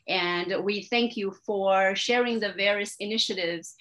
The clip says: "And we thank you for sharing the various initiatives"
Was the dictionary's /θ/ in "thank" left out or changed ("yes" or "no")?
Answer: no